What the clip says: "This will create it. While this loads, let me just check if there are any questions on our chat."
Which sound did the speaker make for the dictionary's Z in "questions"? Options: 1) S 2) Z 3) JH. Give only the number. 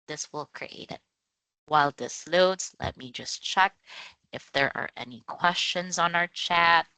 2